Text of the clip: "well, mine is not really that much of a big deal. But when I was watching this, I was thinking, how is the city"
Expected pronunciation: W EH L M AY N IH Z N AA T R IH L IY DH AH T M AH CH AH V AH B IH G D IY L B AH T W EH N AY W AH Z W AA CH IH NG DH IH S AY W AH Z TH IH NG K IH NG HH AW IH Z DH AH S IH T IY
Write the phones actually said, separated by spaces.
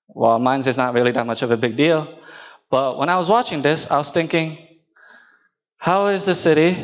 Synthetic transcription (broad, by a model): W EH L M AY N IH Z N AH T R IH L IY DH AH T M AH CH AH V AH B IH G D IY L B AH T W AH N AY W AH Z W AA CH IH NG DH IH S AY W AH Z TH IH NG K IH NG HH AW IH Z DH AH S IH T IY